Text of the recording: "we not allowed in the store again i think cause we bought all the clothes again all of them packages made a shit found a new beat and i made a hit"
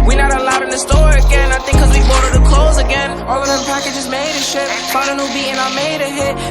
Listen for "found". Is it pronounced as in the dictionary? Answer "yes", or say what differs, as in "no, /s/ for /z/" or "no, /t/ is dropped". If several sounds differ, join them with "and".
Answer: no, /n/ is dropped